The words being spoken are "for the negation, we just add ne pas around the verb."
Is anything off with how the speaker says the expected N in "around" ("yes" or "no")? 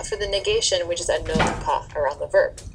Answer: no